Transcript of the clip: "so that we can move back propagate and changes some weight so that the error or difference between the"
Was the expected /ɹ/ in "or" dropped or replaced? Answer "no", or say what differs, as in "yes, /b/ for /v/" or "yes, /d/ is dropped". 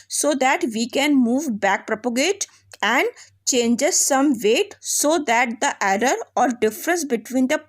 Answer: no